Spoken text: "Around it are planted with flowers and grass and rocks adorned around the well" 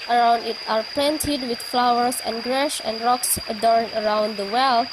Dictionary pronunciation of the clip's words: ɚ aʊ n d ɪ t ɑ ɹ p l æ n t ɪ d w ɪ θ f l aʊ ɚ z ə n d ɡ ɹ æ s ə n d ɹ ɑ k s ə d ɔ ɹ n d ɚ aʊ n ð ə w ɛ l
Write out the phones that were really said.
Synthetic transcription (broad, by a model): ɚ aʊ n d ɪ t ɑ ɹ p l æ n t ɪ d w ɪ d f l aʊ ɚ s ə n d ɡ ɹ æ ʃ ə n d ɹ ɑ k s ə d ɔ ɹ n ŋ ɚ aʊ n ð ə w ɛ l